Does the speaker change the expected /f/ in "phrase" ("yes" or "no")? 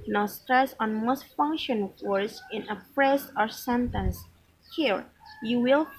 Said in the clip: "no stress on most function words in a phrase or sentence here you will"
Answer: yes